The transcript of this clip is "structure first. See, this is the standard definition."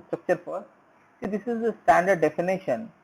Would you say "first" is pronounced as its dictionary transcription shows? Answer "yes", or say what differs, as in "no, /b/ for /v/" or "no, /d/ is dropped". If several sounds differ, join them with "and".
no, /s/ is dropped